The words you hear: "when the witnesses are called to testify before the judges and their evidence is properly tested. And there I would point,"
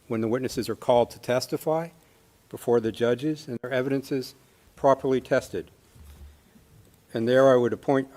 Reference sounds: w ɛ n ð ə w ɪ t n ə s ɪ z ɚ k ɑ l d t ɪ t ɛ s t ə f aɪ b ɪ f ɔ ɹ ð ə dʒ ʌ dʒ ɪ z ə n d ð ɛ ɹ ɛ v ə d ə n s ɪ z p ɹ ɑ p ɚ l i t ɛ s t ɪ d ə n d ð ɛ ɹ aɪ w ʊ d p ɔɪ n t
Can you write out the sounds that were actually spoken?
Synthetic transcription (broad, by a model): w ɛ n ð ə w ɪ t n ə s ɪ z ɚ k ɑ l d t ɪ t ɛ s t ə f aɪ b ɪ f ɔ ɹ ð ə dʒ ʌ dʒ ɪ z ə n ð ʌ ɹ ɛ v ə d ə n s ɪ z p ɹ ɑ p ɚ l i t ɛ s t ɪ d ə n ð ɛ ɹ aɪ w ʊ d p ɔɪ n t